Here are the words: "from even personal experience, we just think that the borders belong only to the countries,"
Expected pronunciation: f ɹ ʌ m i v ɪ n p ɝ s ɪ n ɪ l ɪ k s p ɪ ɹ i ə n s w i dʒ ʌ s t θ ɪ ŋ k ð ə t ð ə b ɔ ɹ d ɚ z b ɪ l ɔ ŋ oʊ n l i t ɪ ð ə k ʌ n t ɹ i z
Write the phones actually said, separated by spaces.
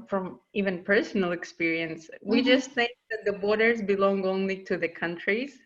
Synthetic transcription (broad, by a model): f ɹ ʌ m i v ɪ n p ɝ s n l ɪ k s p ɪ ɹ i ə n s w i dʒ ʌ s t θ ɪ ŋ k ð ə t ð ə b ɔ ɹ d ɚ z b ɪ l ɔ ŋ oʊ n l i t ɪ ð ə k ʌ n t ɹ i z